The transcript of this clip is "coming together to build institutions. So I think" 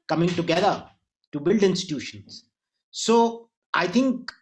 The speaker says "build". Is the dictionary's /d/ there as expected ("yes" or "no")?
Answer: yes